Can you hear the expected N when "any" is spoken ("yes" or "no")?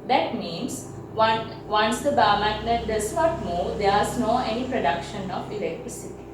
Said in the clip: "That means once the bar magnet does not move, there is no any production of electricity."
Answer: yes